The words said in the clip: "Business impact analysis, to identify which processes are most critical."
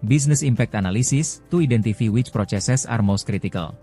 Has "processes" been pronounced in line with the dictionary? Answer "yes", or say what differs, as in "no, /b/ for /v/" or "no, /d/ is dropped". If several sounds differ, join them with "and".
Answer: no, /s/ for /z/